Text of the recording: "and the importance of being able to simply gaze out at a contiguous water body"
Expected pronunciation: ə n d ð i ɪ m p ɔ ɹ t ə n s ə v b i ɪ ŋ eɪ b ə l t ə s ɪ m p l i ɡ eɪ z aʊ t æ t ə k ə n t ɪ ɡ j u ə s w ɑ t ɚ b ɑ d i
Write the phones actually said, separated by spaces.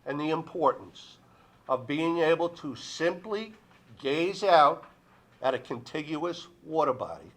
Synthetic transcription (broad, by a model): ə n ð i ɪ m p ɔ ɹ t n s ə v b i ɪ ŋ eɪ b l t ə s ɪ m p l i ɡ eɪ z aʊ t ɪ t ə k ə n t ɪ ɡ j u ə s w ɑ t ɚ b ɑ d i